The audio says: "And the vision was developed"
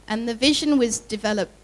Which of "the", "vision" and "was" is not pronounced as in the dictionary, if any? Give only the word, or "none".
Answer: none